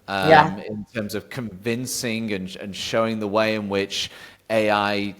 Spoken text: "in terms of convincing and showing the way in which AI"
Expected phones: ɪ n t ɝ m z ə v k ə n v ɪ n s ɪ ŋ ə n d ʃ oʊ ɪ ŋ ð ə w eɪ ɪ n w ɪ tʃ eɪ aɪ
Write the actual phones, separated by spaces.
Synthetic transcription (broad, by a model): ɪ n t ɝ m z ə v k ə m v ɪ n s ɪ ŋ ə n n ʃ oʊ ɪ ŋ ð ə w eɪ ɪ n w ɪ tʃ eɪ aɪ